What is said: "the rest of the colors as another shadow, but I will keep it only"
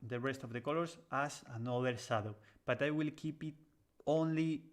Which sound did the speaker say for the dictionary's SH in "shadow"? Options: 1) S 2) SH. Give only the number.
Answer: 1